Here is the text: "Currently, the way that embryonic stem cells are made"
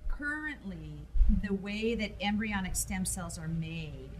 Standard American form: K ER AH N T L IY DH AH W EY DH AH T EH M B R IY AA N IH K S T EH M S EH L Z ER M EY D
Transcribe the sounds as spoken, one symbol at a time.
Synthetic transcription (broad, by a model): K ER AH N T L IY DH AH W EY DH AH T EH M B R IY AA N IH K S T EH M S EH L Z ER M EY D